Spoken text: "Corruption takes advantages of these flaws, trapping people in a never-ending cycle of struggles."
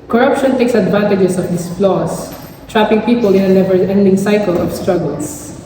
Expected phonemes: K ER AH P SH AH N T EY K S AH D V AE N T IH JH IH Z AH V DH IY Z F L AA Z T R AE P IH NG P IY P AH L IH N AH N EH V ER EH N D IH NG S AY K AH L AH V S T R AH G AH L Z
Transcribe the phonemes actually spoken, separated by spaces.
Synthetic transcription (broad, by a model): K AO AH P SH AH N T EY K S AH D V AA N T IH JH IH S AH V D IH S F L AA S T R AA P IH NG P IY P AH L IH N AH N EH V ER EH N D IH NG S AY K AH L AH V S T R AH G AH L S